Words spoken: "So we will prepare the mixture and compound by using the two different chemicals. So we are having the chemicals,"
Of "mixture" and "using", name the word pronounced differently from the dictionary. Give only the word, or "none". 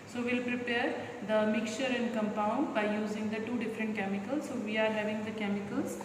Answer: mixture